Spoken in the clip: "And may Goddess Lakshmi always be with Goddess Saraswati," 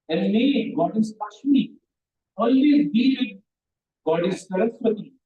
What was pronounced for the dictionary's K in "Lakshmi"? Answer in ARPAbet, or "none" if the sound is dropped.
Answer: none